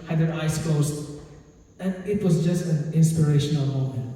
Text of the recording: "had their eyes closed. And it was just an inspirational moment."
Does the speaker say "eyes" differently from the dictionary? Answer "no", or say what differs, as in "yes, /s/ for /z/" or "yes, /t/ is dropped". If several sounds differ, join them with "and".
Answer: yes, /s/ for /z/